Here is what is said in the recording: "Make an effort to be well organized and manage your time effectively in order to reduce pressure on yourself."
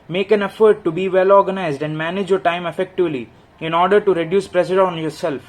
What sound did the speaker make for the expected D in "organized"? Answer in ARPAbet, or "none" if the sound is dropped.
D